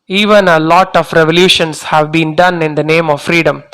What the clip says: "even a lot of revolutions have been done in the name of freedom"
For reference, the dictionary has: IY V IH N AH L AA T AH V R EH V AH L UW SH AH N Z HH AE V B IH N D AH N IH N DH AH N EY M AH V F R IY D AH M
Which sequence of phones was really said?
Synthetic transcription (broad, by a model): IY V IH N AH L AA T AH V R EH V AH L UW SH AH N S HH AE V B IH N D AH N IH N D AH N EY M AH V F R IY D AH M